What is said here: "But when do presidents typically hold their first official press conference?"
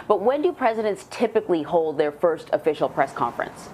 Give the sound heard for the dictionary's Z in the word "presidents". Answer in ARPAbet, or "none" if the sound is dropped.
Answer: Z